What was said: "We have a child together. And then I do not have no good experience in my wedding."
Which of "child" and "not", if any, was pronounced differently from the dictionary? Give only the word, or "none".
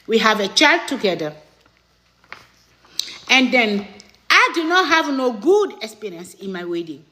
none